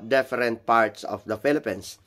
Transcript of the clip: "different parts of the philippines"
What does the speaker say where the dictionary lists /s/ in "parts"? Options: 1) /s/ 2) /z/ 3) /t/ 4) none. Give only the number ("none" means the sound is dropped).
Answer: 1